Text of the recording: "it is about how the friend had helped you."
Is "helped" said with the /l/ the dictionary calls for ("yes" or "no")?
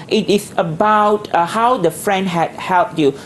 yes